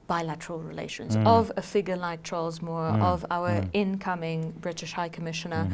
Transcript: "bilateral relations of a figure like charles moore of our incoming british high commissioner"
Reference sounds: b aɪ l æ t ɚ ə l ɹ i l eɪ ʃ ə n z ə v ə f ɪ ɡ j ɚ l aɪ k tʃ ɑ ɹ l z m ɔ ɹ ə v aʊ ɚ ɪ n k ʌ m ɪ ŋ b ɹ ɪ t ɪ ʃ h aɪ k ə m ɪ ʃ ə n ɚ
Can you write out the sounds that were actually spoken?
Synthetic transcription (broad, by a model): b aɪ l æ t ɚ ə l ɹ i l eɪ ʃ ə n z ə v ə f ɪ ɡ j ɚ l aɪ k tʃ ɑ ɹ l z m ɔ ɹ ə v aʊ ɚ ɪ n k ʌ m ɪ ŋ b ɹ ɪ t ɪ ʃ h aɪ k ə m ɪ ʃ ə n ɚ